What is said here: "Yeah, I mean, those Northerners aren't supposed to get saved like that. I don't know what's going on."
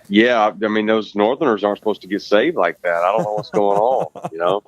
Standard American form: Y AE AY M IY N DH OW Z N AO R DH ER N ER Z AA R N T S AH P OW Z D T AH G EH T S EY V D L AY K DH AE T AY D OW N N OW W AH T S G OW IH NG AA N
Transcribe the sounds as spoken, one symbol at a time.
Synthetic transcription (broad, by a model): Y AE AY M IY N DH OW Z N AO R DH ER N ER Z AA R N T S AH P OW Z T AH G EH T S EY V D L AY K DH AE T AY D OW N N OW W AH T S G OW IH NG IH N